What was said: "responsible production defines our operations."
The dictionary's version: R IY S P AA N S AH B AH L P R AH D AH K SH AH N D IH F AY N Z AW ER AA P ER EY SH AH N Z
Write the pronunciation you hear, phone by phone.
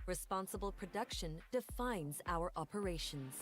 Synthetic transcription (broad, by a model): R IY S P AA N S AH B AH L P R AH D AH K SH AH N D IH F AY N Z AW ER AA P ER EY SH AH N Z